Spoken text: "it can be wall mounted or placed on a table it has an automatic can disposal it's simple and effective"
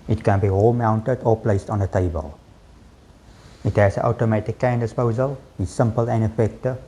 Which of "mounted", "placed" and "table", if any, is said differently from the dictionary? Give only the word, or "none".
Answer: none